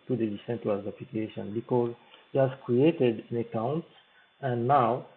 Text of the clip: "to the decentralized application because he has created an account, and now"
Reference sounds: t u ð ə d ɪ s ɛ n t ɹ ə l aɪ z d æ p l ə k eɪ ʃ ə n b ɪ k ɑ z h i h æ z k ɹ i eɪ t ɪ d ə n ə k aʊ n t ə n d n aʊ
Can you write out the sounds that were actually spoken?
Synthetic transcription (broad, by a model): t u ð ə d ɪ s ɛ n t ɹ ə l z æ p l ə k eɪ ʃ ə n b ɪ k ɑ z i h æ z k ɹ i eɪ t ɪ d ə n ə k aʊ n t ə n n aʊ